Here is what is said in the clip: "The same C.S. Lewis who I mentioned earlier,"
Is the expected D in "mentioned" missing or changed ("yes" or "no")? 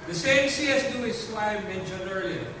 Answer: yes